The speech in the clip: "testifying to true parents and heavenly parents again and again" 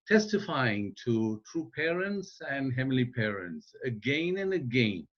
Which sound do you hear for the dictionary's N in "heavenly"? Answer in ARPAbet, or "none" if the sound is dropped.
none